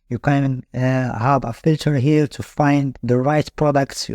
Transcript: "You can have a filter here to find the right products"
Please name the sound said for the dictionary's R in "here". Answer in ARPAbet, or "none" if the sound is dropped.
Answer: L